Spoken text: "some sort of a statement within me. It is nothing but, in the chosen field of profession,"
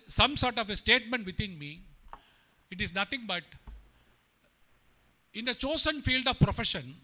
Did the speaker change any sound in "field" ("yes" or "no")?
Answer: no